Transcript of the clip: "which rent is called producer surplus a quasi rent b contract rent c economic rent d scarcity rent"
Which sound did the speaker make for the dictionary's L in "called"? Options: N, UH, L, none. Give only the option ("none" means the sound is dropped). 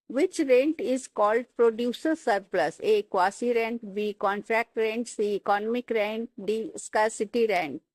L